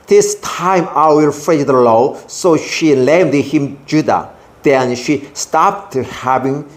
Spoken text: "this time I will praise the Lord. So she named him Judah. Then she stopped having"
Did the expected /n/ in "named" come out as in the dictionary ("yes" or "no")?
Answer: no